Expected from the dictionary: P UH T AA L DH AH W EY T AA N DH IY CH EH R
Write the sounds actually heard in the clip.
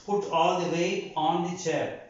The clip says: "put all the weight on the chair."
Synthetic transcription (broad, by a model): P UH T AA L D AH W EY AA N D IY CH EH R